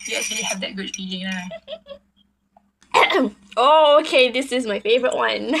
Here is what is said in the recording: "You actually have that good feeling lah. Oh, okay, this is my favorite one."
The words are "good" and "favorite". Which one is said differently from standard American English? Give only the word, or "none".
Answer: none